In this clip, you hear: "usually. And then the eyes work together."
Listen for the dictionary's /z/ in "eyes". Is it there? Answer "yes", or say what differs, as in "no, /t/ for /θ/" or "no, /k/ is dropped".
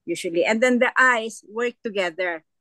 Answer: no, /s/ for /z/